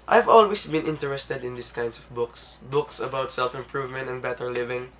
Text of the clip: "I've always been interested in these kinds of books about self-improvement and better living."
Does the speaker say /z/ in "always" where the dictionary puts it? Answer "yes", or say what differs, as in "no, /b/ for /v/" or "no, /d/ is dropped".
no, /s/ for /z/